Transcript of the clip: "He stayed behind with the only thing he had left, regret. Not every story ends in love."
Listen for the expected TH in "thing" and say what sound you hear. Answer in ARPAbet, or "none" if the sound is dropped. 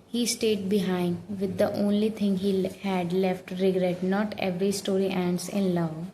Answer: T